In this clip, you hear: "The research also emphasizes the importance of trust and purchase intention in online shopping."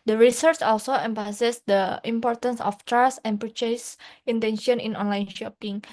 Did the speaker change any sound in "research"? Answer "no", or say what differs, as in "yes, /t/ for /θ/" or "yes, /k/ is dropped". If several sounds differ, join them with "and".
no